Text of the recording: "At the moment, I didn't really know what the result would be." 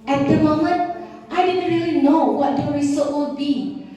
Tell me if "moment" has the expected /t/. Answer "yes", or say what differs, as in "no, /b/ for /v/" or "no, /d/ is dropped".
yes